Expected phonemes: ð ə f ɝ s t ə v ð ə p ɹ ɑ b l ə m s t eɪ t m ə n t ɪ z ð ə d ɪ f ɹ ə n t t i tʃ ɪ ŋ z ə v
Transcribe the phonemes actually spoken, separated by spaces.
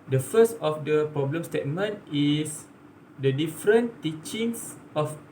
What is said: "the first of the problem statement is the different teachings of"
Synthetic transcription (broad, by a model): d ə f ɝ s t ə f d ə p ɹ ɑ b l ə m s t eɪ t m ə n t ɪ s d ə d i f ɹ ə n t t i tʃ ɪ ŋ s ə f